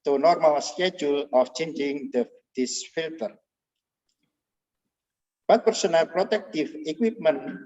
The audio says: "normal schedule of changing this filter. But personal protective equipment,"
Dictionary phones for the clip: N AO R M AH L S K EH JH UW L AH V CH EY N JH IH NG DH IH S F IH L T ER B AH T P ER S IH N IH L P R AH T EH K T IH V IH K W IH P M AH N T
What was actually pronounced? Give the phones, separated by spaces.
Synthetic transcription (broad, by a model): N AO R M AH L S K EH JH UW L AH F CH EY N JH IH NG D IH S F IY L T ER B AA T P ER S IH N IH L P R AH T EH K T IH F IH K W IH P M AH N